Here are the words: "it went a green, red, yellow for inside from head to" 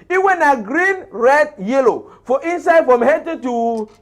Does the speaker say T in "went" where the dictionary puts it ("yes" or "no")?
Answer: no